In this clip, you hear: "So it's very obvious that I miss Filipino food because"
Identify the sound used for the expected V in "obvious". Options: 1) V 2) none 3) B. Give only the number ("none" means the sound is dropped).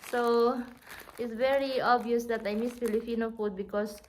2